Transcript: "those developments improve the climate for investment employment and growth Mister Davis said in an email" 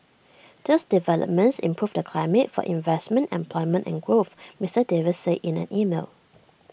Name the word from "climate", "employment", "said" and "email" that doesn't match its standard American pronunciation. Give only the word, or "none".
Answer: said